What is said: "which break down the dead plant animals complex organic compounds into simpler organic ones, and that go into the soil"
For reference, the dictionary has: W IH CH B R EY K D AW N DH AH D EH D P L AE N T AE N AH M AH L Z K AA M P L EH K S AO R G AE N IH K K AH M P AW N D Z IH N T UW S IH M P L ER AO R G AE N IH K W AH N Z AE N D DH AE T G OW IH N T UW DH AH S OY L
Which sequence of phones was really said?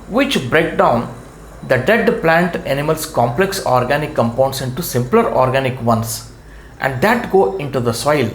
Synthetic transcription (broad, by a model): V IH CH B R EY K D AW N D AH D EH D P L AE N T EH N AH M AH L S K AA M P L EH K S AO R G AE N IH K K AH M P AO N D S IH N T UW S IH M P L ER AO R G AE N IH K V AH N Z AE N D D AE T G OW IH N T UW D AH S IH L